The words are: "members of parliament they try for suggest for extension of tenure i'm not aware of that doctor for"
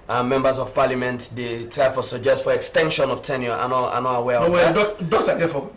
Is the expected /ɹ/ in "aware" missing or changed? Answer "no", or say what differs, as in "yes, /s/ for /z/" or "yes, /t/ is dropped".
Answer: yes, /w/ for /ɹ/